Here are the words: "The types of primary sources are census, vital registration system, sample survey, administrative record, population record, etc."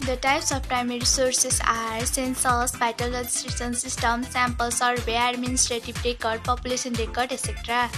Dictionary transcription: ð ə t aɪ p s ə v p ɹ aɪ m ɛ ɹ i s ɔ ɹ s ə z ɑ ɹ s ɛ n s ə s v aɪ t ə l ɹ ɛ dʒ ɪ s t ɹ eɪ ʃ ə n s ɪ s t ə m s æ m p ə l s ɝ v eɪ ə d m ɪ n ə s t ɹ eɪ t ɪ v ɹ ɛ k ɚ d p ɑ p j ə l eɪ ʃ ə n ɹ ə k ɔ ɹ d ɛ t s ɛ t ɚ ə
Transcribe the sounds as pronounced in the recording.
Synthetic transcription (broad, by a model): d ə t aɪ p s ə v p ɹ aɪ m ɛ ɹ i s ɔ ɹ s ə s ɑ ɹ s ɛ n s ə s b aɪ t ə l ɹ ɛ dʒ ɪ s t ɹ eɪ s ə n s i s t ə m s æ m p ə l s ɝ b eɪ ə d m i n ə s t ɹ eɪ t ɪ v ɹ ɛ k ɚ d p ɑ p j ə l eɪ s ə n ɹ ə k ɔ ɹ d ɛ s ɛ t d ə